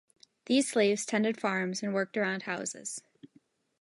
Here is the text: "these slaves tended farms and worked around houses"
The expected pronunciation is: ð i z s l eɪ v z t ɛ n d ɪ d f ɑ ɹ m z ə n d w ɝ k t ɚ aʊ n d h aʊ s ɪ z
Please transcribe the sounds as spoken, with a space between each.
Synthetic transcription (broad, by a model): ð i z s l eɪ v z t ɛ n d ɪ d f ɑ ɹ m z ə n w ɝ k t ɚ aʊ n d h aʊ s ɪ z